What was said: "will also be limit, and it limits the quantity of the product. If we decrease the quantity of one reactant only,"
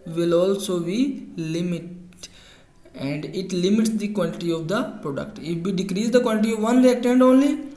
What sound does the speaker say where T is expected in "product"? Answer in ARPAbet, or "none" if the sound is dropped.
T